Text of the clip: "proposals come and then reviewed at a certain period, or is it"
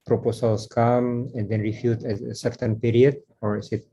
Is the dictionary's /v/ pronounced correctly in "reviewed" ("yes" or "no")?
no